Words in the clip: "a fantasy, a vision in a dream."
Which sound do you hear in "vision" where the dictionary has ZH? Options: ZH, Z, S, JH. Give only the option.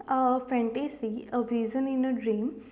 Z